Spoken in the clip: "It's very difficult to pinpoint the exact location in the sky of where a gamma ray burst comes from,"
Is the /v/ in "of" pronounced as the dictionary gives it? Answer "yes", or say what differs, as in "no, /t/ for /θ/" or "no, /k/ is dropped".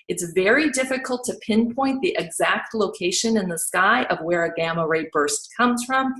yes